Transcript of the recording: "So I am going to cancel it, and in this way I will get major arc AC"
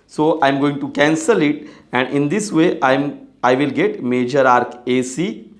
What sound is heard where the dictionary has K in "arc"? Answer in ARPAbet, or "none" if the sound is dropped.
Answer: K